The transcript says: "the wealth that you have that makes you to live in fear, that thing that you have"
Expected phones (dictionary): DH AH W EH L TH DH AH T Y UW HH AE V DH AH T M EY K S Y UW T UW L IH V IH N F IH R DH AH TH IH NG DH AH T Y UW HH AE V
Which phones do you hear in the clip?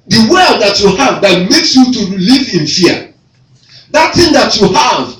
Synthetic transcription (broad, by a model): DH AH W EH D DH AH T Y UW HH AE V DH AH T M EY K S Y UW T UW L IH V IH N F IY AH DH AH T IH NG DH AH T Y UW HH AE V